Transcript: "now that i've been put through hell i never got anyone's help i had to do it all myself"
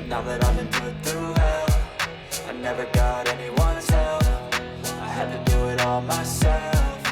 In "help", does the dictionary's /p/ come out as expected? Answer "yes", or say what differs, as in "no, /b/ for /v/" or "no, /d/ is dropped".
no, /f/ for /p/